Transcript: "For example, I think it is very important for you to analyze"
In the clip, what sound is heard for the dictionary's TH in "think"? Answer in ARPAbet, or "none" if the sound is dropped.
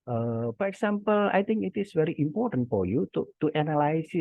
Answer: T